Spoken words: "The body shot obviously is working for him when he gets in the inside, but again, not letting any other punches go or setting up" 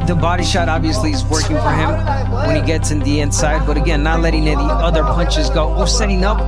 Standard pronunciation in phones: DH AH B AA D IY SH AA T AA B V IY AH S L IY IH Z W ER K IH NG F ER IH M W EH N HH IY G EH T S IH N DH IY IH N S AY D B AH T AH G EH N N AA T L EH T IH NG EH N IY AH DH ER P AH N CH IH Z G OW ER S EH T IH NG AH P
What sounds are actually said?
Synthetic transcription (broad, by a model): DH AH B AA D IY SH AA T AA B V IY AH S L IY IH Z W ER K IH NG F ER IH M W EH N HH IY G EH T S IH N DH IY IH N S AY D B AH T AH G EH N N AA T L EH T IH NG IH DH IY AH DH ER P AH N CH IH Z G OW ER S EH T IH NG AH P